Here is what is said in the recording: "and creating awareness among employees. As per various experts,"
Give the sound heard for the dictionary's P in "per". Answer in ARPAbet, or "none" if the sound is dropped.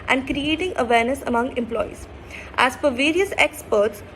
F